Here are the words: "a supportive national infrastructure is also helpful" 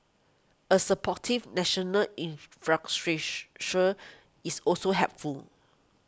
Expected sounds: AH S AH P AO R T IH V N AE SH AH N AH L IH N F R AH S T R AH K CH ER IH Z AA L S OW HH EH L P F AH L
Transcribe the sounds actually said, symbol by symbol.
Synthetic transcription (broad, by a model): AH S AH P AO T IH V N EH SH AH N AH L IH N F R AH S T R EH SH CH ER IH S AA L S OW HH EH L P F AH L